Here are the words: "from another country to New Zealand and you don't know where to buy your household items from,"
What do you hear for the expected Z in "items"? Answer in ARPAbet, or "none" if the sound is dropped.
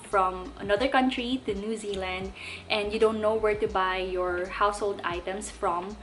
S